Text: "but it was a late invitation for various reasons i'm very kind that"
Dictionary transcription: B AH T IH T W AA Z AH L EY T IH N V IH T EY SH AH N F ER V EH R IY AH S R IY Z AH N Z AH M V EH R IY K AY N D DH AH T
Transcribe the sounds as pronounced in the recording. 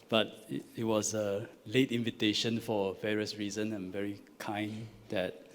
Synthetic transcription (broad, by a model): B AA T IH T W AA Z AH L EY T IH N V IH T EY SH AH N F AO V EH R IY AH S R IY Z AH N AH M V EH R IY K AY N D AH T